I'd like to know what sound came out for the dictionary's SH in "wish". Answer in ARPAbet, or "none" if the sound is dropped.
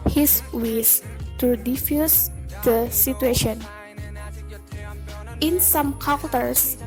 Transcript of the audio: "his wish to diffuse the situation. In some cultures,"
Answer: S